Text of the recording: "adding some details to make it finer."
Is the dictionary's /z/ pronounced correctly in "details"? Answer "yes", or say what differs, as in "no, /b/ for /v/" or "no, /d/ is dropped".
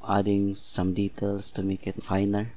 no, /s/ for /z/